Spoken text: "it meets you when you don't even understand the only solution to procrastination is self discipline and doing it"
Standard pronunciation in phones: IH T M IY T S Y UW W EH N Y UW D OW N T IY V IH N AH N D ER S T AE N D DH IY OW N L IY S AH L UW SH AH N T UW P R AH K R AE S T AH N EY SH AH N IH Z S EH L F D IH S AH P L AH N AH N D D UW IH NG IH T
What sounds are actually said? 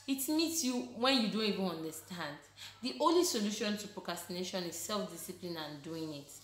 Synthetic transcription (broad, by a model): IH T M IY T S Y UW W EH N Y UW D OW N T IY V IH N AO N D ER S T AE N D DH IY OW N L IY S AH L UW SH AH N T UW P R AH K R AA S T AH N EY SH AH N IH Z S EH L F D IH S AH P L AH N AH N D D UW IH NG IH T